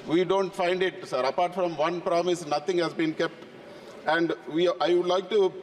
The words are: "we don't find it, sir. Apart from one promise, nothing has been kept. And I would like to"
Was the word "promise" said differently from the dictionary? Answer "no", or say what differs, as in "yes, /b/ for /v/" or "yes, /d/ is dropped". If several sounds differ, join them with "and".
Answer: no